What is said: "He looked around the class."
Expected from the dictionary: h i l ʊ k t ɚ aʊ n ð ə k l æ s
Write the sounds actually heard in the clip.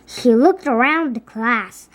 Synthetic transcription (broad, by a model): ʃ i l ʊ k t ɚ aʊ n ð ə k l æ s